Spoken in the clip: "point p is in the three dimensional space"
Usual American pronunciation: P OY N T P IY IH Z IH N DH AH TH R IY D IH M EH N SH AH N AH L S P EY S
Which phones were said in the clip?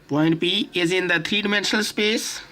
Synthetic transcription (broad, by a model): P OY N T P IY IH Z IH N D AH T R IY D IH M EH N SH AH N AH L S P EY S